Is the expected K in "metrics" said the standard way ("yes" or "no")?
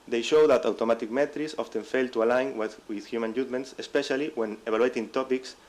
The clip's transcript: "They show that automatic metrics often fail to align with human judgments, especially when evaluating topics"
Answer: no